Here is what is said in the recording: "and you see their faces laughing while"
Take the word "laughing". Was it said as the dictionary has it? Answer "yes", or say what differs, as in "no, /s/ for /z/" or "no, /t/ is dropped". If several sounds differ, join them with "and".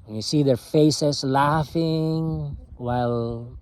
yes